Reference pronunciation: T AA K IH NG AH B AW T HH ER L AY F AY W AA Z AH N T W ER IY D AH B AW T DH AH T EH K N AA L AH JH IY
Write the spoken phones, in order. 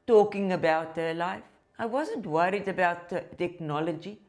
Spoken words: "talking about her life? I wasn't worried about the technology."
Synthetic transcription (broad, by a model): T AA K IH NG AH B AW T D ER L AY F AY W AA Z AH N T W ER IY D AH B AW T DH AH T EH K N AA L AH JH IY